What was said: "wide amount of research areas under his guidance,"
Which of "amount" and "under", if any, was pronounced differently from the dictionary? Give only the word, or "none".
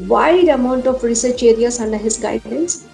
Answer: none